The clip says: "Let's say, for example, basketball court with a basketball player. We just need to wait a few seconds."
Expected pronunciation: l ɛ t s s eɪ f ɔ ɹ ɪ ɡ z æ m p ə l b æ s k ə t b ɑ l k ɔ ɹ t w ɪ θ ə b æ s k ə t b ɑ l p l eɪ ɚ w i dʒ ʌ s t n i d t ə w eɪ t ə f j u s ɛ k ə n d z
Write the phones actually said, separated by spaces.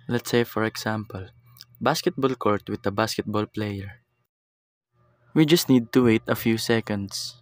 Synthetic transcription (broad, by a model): l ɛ t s s eɪ f ɔ ɹ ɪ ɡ s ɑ m p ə l b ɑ s k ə t b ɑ l k ɔ ɹ t w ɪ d ə b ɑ s k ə t b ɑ l p l eɪ ɚ w i dʒ ʌ s t n i d t ə w eɪ t ə f j u s ɛ k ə n d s